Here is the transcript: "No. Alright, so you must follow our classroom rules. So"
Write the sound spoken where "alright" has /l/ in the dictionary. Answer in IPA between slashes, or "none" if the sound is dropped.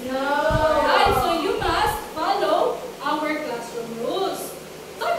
none